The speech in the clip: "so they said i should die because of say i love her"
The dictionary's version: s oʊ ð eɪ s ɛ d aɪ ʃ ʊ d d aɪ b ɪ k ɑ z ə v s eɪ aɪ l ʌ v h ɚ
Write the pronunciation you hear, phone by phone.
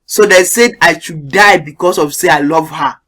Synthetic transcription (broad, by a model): s oʊ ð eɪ s ɛ d aɪ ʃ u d d aɪ b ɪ k ɑ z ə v s eɪ aɪ l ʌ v h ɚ